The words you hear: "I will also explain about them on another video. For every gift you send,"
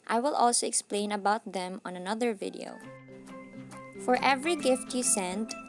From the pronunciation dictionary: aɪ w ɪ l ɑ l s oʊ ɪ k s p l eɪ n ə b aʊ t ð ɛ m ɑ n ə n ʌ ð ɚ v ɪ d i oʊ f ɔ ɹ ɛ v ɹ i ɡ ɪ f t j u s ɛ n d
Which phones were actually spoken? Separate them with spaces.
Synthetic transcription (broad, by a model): aɪ w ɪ l ɑ l s oʊ ɪ k s p l eɪ n ə b aʊ t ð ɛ m ɑ n ə n ʌ ð ɚ v ɪ d i oʊ f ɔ ɹ ɛ v ɹ i ɡ ɪ f t j u s ɛ n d